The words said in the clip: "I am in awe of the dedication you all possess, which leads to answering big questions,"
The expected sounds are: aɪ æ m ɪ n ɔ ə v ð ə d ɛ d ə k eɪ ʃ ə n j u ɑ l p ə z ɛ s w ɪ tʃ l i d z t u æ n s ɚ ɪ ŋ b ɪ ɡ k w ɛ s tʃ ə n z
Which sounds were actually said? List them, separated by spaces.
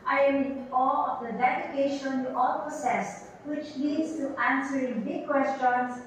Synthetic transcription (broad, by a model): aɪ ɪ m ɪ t ɔ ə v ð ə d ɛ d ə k eɪ ʃ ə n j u ɑ l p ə s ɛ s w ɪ tʃ l i d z t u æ n s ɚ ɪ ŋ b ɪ k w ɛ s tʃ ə n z